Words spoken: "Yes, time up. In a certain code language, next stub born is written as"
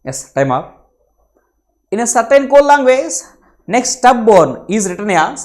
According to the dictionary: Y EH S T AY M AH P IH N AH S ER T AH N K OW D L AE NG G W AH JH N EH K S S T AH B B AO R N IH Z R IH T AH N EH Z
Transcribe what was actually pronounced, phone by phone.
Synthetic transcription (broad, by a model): Y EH S T AY M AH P IH N AH S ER T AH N K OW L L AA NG G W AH Z N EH K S S T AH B B AO R N IH Z R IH T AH N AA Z